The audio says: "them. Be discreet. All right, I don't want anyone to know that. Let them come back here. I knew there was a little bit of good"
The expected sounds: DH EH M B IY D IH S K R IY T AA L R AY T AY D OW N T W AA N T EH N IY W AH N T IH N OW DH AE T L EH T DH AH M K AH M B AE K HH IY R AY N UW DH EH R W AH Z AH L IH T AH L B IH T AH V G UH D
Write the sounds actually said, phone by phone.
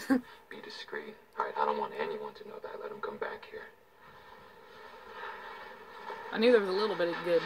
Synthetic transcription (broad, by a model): B IY D IH S K R IY T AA R AY T AY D OW N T W AA N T EH N IY W AH N T IH N OW DH AE T L EH T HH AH M K AH M B AE K HH IY R AY N UW DH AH R W AH Z AH L IH T L B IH T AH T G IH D